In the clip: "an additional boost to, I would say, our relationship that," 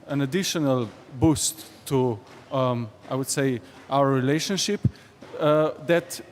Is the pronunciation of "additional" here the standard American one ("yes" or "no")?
yes